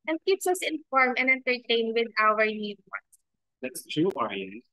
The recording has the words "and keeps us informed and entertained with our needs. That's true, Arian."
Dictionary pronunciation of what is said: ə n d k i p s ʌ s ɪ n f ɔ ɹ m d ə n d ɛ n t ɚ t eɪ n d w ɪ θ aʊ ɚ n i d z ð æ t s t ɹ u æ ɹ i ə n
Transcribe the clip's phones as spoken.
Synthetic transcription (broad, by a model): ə n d k i p s ʌ s ɪ n f ɔ ɹ m ə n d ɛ n t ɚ t eɪ n w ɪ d aʊ ɚ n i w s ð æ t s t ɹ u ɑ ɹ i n